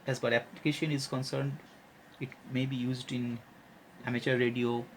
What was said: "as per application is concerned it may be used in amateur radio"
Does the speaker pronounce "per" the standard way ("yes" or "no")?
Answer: no